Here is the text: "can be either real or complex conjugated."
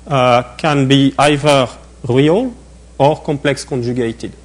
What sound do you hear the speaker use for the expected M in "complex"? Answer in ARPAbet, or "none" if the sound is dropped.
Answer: M